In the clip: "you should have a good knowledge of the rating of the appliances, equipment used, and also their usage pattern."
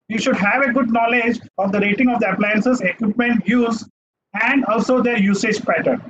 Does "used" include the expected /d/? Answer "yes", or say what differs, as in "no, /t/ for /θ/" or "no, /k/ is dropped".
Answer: no, /d/ is dropped